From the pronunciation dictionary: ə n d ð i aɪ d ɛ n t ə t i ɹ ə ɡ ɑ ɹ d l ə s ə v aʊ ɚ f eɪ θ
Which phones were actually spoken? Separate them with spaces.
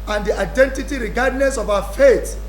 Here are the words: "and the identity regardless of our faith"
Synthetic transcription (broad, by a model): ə n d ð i aɪ d ɛ n t ə t i ɹ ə ɡ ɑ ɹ d n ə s ə v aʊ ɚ f eɪ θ